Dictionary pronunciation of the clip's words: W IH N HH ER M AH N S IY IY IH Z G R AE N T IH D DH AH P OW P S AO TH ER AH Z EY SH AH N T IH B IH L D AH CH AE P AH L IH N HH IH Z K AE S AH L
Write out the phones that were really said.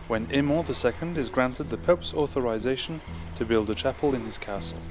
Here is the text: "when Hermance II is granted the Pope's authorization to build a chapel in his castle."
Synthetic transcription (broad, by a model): W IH N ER M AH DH S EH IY IH Z G R AE N T IH D DH AH P OW P S AO TH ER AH Z EY SH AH N T IH B IH L D AH CH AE P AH L IH N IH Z K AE S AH L